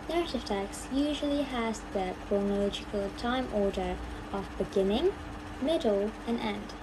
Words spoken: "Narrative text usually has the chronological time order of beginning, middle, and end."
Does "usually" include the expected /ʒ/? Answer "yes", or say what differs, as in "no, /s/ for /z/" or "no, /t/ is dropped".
yes